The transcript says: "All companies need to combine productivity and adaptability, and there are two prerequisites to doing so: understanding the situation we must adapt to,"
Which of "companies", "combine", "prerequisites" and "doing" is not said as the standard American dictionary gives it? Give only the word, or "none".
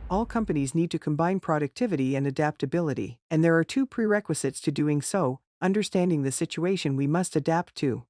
none